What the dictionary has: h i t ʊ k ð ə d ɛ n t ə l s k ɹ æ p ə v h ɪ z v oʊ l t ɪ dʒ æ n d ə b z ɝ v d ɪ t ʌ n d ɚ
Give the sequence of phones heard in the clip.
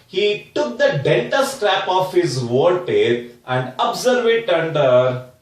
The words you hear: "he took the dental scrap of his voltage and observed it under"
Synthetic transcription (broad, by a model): h i t ʊ k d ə d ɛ n t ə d s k ɹ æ p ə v h ɪ z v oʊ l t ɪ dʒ æ n d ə b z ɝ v ɪ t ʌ n d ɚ